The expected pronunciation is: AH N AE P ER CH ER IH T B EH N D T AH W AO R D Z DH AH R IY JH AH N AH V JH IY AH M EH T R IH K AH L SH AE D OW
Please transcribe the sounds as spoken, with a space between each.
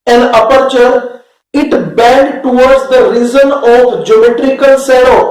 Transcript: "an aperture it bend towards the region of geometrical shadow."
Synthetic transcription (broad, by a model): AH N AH P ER CH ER IH T B EH N D T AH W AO R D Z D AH R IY Z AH N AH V JH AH M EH T R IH K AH L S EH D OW